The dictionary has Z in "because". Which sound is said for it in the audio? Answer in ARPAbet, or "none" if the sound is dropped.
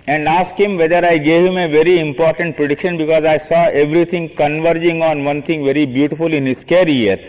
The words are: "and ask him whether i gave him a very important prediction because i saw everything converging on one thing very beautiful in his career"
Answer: Z